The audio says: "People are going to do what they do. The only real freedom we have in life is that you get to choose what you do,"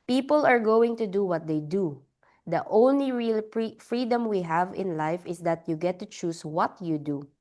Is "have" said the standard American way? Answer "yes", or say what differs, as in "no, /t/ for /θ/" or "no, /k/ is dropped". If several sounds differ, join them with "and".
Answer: yes